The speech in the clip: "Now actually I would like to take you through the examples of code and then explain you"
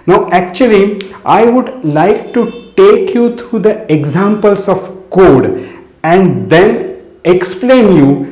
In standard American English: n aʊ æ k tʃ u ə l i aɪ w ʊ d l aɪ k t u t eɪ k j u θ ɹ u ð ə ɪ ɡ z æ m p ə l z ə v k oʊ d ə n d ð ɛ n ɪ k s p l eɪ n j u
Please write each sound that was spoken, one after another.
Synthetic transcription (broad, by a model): n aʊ æ k tʃ u ə l i aɪ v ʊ d l aɪ k t u t eɪ k j u t ɹ u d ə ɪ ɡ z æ m p ə l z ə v k oʊ d ə n d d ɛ n ɪ k s p l eɪ n j u